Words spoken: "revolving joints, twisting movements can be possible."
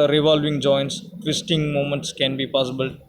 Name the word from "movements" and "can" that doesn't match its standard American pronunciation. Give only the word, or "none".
movements